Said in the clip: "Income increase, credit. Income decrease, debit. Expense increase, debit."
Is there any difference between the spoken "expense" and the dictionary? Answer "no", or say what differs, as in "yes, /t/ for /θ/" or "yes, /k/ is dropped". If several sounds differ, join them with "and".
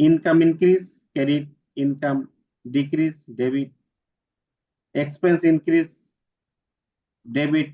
no